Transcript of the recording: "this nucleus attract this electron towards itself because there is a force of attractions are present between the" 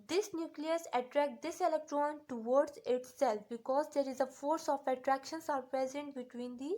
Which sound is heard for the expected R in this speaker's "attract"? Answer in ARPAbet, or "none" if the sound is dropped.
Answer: R